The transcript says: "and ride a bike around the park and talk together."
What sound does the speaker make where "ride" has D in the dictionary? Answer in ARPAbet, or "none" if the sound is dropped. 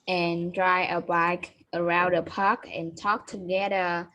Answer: none